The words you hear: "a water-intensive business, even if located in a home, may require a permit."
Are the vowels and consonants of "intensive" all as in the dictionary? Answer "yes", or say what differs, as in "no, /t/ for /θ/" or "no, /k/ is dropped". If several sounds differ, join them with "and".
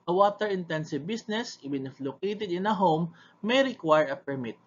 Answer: yes